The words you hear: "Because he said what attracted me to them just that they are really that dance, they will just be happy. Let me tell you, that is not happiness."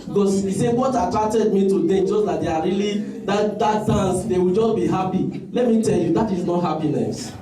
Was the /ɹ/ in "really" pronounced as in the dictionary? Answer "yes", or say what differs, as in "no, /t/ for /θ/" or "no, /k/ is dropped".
no, /l/ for /ɹ/